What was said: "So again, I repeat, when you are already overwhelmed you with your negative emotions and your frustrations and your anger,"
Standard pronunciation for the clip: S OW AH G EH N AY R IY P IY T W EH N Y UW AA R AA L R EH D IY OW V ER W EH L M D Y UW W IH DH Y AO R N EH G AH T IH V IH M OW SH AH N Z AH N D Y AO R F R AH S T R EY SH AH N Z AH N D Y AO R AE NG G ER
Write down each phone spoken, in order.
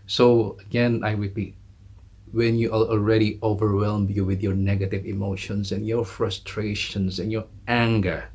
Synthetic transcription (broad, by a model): S OW AH G EH N AY R IY P IY T W EH N Y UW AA L AA L R EH D IY OW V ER W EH L M Y UW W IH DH Y AO R N EH G AH T IH V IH M OW SH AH N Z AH N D Y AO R F R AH S T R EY SH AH N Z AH N Y AO R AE NG G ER